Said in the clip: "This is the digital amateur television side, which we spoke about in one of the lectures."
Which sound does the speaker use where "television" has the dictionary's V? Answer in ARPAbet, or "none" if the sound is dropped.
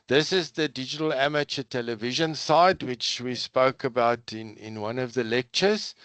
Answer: V